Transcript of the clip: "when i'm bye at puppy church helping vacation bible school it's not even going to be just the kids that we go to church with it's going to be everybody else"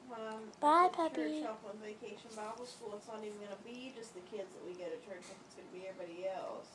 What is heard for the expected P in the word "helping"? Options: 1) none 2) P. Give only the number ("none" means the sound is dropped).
1